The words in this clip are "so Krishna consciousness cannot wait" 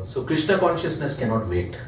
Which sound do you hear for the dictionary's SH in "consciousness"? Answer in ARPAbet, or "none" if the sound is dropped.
SH